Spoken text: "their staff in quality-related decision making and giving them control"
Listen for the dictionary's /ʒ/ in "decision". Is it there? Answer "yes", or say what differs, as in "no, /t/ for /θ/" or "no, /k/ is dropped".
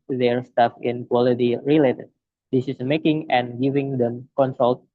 no, /s/ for /ʒ/